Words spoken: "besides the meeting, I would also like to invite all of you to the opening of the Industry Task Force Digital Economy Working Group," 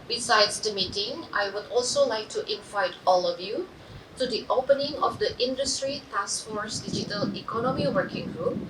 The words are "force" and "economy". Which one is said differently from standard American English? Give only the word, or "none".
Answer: none